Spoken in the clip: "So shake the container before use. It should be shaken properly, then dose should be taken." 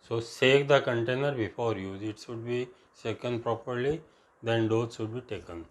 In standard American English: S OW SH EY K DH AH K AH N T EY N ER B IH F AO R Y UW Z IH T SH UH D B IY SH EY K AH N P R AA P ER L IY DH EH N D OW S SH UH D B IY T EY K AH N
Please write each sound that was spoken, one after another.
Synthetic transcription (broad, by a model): S OW S EY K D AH K AH N T EY N ER B IH F AO R Y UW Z IH T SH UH D B IY S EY K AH N P R AA P ER L IY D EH N D OW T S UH D B IY T EY K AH N